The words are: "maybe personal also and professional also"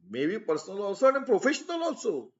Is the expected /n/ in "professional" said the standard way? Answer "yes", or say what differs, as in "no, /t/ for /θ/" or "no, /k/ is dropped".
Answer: yes